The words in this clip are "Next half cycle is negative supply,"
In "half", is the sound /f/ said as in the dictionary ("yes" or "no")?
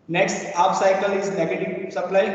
no